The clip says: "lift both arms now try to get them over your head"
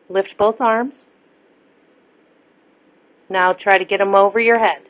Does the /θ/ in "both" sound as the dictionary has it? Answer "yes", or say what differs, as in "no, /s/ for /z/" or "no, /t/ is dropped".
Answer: yes